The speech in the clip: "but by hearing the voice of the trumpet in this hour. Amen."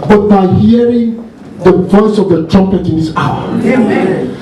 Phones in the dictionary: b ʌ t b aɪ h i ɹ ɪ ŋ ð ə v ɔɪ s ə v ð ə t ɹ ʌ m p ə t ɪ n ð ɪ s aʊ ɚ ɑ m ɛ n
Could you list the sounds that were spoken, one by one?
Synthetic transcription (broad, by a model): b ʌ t b aɪ h i ɹ ɪ ŋ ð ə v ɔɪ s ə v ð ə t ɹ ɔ p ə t ɪ n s aʊ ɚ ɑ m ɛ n